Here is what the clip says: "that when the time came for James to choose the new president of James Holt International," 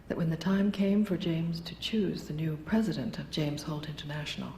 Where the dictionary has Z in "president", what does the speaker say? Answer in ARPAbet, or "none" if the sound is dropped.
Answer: Z